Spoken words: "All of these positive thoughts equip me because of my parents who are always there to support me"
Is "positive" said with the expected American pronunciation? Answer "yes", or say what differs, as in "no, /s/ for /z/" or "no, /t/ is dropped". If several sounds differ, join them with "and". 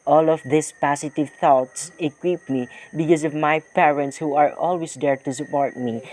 no, /s/ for /z/